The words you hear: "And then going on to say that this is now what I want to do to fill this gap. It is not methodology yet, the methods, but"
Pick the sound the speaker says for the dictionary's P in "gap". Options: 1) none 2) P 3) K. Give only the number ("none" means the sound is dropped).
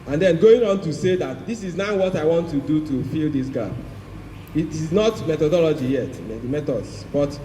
1